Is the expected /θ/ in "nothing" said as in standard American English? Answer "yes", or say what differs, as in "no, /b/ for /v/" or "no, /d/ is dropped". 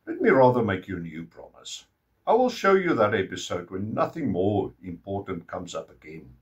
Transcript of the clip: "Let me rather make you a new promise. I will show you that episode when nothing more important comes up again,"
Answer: yes